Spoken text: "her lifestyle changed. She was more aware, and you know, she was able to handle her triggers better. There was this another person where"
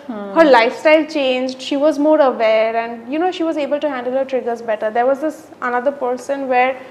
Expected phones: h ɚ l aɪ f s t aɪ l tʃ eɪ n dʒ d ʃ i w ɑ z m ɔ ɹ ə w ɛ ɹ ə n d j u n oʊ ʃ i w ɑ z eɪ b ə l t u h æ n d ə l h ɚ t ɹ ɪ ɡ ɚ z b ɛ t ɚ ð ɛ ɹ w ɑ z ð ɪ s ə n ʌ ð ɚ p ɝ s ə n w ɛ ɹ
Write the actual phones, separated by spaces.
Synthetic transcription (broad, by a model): h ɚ l aɪ f s t aɪ l tʃ eɪ n dʒ d ʃ i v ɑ z m ɔ ɹ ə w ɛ ɹ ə n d j u n oʊ ʃ i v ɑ z eɪ b ə l t u h æ n d ə l h ɚ t ɹ ɪ ɡ ɚ z b ɛ t ɚ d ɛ ɹ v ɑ z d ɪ s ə n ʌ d ɚ p ɝ s ə n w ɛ ɹ